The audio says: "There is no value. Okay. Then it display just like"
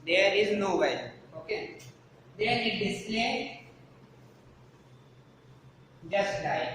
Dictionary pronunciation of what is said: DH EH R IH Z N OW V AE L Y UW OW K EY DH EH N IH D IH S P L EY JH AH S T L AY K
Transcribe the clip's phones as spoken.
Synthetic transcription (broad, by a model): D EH R IH Z N OW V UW OW K EY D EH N IH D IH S L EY JH AH S T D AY